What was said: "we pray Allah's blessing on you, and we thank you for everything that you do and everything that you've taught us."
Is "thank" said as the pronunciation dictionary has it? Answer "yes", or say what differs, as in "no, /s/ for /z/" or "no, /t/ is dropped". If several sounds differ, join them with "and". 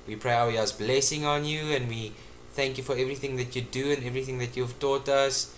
yes